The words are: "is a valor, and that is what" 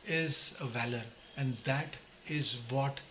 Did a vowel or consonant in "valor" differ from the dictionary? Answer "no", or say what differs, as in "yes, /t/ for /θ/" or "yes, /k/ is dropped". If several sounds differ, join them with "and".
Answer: no